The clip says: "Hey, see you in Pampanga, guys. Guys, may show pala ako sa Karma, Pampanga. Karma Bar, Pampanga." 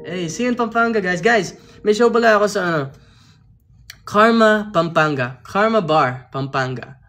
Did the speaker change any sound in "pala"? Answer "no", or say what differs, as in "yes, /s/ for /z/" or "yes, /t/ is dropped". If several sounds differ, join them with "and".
yes, /b/ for /p/